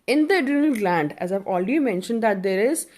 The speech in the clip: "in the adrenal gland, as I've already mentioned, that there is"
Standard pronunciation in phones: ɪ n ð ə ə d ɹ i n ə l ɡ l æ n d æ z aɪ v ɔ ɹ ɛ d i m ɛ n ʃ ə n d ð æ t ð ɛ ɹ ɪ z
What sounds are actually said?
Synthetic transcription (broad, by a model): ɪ n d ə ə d i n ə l ɡ l æ n d æ z aɪ v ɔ l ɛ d i m ɛ n ʃ ə n d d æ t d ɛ ɹ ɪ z